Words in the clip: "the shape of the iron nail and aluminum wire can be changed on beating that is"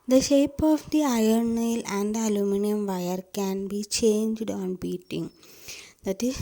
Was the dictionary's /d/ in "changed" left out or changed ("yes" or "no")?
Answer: no